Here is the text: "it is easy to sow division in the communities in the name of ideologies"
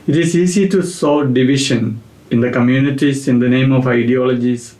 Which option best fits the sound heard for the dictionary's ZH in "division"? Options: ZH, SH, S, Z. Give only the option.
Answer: SH